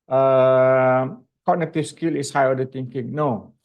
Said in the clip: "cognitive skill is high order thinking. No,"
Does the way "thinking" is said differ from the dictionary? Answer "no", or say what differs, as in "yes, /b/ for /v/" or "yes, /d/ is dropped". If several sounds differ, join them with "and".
yes, /t/ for /θ/